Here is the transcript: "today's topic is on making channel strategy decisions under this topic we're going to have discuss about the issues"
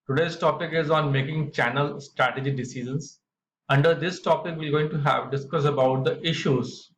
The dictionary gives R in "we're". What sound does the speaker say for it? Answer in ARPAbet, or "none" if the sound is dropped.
L